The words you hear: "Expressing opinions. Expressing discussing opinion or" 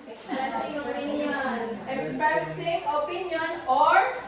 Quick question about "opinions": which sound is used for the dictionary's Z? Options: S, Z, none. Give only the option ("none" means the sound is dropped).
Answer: none